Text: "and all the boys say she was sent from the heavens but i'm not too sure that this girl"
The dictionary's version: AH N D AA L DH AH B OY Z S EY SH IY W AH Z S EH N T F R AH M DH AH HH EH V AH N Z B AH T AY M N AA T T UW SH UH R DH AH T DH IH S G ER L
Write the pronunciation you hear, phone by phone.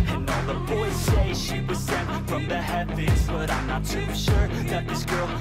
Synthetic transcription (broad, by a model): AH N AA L DH AH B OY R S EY SH IY W AH Z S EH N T F R AH M DH AH HH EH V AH Z B AH T AY M N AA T T UW SH UH R DH AH T DH IH S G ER L